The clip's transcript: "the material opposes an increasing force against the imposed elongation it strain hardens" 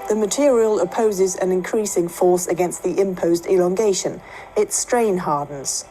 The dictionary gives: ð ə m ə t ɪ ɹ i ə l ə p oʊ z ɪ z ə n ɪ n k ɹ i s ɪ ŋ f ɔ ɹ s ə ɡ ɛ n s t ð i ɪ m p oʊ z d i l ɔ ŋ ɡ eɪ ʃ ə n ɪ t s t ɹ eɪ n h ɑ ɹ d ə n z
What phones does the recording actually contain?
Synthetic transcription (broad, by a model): ð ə m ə t ɪ ɹ i ə l ə p oʊ z ɪ z ə n ɪ n k ɹ i s ɪ ŋ f ɔ s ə ɡ ɛ n s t ð i ɪ m p oʊ z d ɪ l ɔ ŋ ɡ eɪ ʃ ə n ɪ t s t ɹ eɪ n h ɑ d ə n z